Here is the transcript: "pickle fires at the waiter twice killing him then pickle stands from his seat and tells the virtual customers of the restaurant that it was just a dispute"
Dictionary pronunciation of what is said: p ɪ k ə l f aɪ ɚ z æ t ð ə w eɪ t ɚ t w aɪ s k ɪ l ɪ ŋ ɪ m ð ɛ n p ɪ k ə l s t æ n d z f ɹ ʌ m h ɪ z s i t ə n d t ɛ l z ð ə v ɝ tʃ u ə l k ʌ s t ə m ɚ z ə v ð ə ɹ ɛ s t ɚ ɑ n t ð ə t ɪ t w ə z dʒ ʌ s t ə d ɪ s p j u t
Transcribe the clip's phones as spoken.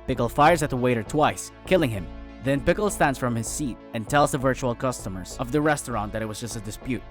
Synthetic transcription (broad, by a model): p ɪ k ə l f aɪ ɚ z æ t ð ə w eɪ t ɚ t w aɪ s k ɪ l ɪ ŋ ɪ m ð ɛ n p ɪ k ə l s t æ n d z f ɹ ʌ m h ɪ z s i t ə n t ɛ l z ð ə v ɝ tʃ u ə l k ʌ s t ə m ɚ z ə v ð ə ɹ ɛ s t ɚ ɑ n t ð ə t ɪ t w ə z dʒ ʌ s t ə d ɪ s p j u t